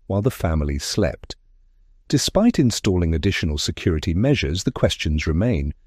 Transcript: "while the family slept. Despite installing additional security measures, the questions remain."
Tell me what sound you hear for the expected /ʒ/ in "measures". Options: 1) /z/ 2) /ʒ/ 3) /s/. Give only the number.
2